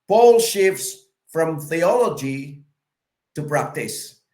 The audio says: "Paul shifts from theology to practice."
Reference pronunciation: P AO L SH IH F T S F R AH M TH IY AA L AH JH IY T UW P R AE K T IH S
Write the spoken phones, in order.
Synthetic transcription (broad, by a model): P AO L SH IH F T S F R AH M TH IY AA L AH JH IY T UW P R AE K T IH S